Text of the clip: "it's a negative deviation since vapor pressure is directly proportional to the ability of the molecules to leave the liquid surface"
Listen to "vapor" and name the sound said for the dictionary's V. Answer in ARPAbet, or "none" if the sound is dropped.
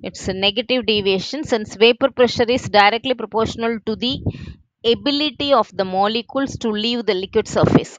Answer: V